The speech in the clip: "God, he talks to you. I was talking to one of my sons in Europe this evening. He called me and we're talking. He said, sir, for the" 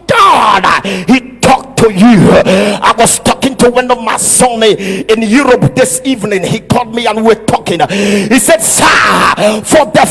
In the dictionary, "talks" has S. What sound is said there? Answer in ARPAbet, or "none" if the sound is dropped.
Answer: none